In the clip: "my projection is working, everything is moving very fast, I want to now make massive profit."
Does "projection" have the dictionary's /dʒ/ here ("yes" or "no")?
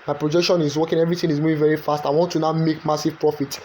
yes